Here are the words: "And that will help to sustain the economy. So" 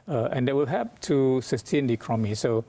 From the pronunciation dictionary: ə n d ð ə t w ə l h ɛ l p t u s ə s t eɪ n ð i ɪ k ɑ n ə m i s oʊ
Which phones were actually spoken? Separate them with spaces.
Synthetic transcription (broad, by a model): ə n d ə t w ə l h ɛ p t u s ə s t eɪ n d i k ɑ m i s oʊ